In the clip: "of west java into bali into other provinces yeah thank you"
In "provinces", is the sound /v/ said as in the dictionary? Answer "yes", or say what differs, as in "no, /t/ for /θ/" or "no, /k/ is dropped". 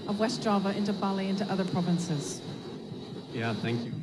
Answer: yes